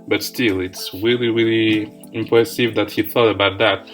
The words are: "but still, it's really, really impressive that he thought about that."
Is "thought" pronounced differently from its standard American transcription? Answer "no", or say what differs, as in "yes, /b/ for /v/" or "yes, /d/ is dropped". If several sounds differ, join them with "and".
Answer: no